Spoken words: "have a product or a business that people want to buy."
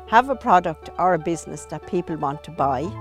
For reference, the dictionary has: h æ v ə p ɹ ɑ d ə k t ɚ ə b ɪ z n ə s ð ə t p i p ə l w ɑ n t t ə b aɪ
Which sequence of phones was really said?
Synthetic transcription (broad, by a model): h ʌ v ə p ɹ ɑ d ə k t ɚ ə b ɪ z n ə s ð ə t p i p ə l w ɑ n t t ə b aɪ